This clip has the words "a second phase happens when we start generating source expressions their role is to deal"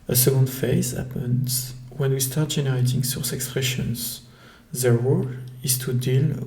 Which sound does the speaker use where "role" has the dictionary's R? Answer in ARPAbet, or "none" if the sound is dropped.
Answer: W